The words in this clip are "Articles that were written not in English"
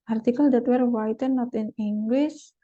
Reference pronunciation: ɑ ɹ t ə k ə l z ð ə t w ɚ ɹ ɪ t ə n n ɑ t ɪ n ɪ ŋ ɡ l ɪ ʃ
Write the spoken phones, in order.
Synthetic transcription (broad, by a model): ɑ ɹ t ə k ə l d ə t w ɚ w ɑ t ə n n ɑ t ɪ n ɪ ŋ ɡ l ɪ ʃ